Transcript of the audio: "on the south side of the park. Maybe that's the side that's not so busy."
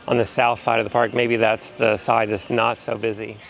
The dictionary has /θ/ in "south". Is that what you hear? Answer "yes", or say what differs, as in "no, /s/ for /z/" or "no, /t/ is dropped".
yes